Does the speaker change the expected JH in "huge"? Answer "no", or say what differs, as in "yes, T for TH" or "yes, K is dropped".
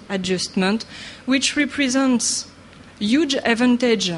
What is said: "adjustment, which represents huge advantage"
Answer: no